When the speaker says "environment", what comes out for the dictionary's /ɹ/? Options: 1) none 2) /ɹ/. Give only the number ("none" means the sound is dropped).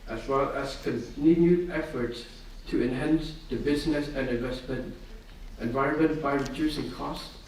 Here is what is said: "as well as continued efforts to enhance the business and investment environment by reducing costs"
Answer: 2